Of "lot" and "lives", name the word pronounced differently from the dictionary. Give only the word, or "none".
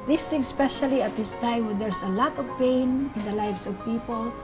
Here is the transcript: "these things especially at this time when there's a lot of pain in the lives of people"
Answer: lives